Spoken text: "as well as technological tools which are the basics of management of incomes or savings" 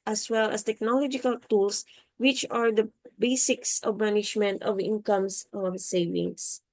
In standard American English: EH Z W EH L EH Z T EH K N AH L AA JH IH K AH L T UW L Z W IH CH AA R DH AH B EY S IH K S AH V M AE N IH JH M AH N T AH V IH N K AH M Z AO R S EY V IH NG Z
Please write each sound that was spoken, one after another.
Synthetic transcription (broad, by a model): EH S W EH L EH S T EH K N AH L AA JH IH K AH L T UW L S W IH CH AA R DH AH B EY S IH K S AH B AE N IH SH M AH N T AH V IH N K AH M S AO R S EY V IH NG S